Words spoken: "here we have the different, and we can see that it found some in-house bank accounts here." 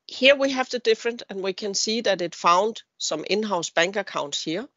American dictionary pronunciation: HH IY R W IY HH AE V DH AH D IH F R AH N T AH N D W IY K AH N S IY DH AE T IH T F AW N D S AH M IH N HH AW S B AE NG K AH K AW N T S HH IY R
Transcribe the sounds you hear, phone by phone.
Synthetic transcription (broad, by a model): HH IY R W IY HH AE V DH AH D IH F R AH N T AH N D W IY K AH N S IY DH AE T IH T F AW N D S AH M IH N HH AW S B AE NG K AH K AW N T S HH IY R